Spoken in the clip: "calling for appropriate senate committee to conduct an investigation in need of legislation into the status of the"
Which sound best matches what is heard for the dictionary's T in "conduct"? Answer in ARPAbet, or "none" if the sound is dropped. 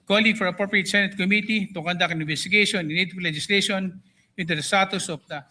none